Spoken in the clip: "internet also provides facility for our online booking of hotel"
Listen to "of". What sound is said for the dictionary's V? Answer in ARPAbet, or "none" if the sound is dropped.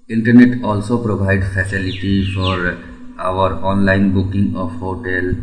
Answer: P